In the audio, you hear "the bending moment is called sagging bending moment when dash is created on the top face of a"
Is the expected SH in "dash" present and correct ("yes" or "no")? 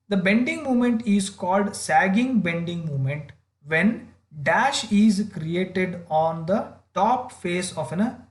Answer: yes